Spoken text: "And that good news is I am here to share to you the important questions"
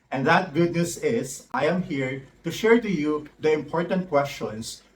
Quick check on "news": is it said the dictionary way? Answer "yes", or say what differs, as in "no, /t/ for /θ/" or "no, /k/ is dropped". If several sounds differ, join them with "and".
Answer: no, /s/ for /z/